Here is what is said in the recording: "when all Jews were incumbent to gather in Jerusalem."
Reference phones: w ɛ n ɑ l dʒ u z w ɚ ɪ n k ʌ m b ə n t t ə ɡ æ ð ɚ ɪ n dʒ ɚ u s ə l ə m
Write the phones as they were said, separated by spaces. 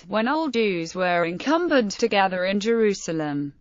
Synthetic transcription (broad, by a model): w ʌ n ɑ l dʒ u z w ɚ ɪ n k ʌ m b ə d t t ə ɡ æ ð ɚ ɪ n dʒ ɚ u s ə l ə m